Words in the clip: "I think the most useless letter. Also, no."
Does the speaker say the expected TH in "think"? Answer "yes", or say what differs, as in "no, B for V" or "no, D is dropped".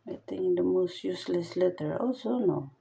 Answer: no, T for TH